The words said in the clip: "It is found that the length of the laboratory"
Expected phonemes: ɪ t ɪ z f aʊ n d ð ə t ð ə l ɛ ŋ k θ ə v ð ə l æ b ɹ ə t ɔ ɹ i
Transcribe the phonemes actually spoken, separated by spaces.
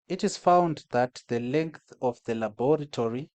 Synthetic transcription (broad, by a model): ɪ t ɪ z f aʊ n d ð ə t ð ə l ɛ ŋ k θ ə v ð ə l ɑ b ɹ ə t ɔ ɹ i